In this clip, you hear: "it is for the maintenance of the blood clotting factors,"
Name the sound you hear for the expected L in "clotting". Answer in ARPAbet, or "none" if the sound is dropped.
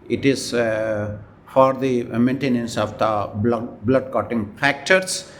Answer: none